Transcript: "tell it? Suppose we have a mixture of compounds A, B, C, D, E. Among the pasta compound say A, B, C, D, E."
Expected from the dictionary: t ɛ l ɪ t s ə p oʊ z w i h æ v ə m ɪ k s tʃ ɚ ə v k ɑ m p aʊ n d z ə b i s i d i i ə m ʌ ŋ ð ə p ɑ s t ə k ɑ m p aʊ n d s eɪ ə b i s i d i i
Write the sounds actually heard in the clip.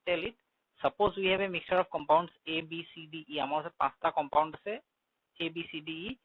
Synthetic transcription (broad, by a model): t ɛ l ɪ t s ə p oʊ z w i h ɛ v ə m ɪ k s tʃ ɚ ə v k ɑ m p aʊ n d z ə b i s i d i i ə m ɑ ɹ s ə p ɑ s t ə k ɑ m p aʊ n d s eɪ ə b i s i d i i